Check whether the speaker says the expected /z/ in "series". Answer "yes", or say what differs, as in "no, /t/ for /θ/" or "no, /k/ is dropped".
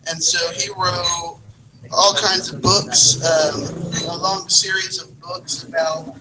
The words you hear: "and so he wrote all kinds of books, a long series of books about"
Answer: yes